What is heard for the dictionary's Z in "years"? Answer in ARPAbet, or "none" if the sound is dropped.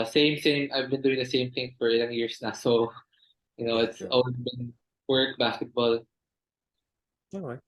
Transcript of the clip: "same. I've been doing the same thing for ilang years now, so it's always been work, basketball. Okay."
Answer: S